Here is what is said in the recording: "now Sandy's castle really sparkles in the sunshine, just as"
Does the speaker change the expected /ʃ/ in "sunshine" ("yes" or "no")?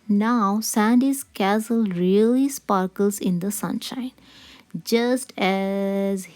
no